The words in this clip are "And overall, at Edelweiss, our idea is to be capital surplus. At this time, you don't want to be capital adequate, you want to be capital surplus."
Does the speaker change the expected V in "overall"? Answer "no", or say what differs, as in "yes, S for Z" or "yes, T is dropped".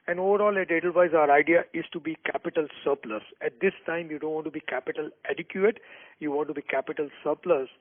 no